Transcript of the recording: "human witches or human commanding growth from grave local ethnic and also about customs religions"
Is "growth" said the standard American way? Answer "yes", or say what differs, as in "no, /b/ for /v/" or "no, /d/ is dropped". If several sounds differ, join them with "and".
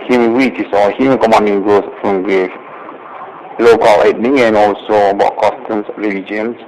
no, /s/ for /θ/